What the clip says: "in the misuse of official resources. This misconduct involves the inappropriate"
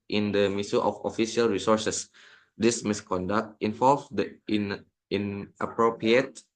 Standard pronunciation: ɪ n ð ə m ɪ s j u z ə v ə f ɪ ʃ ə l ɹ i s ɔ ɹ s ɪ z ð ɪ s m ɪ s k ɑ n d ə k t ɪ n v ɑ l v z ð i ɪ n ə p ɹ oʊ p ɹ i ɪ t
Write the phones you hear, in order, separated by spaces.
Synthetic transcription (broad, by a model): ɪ n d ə m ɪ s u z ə f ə f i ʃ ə l ɹ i s ɔ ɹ s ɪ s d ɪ s m ɪ s k ɑ n d ə k t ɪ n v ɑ l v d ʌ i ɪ n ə p ɹ oʊ p ɹ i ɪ t